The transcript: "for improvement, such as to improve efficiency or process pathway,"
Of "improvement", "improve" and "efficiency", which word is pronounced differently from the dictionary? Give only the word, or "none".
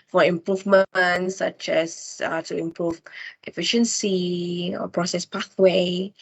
none